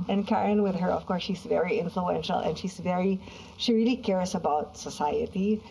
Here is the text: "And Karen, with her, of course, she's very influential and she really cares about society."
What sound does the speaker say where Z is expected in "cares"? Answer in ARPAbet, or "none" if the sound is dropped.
S